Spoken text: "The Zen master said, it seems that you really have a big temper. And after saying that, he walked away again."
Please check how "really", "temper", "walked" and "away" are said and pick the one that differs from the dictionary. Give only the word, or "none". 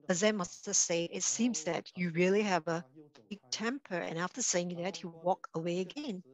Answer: walked